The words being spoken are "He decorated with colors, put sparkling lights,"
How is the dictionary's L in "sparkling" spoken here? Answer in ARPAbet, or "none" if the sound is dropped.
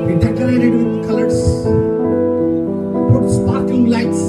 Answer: none